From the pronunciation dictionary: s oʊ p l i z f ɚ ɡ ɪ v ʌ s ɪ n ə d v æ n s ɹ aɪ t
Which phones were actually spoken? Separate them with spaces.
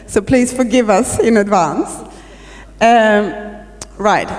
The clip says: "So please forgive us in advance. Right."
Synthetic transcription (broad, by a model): s oʊ p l i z f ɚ ɡ ɪ v ʌ s ɪ n ə d v æ n s ɹ aɪ t